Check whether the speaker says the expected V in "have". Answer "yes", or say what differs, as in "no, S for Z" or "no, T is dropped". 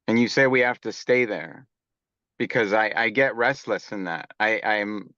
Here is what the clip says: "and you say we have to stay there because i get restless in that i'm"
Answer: no, F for V